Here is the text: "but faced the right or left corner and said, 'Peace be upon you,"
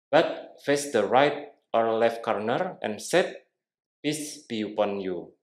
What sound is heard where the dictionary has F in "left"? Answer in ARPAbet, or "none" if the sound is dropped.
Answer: F